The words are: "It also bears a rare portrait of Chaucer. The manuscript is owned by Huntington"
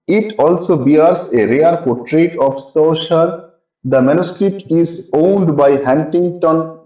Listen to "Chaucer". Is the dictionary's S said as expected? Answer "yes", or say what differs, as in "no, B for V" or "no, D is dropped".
no, SH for S